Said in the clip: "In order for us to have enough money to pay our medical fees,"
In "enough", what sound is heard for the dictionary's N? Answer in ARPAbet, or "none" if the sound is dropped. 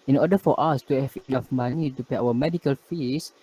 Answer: L